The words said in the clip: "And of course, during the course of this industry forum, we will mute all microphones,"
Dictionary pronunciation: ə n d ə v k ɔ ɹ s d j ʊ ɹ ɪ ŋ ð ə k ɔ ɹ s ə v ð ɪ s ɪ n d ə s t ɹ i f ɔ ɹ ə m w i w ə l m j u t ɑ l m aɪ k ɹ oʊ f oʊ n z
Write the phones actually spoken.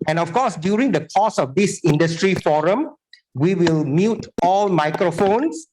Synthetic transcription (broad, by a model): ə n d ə f k ɔ s d j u ɹ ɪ ŋ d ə k ɔ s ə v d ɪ s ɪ n d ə s t ɹ i f ɔ ɹ ə m w i w ə l m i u t ɑ l m aɪ k ɹ oʊ f oʊ n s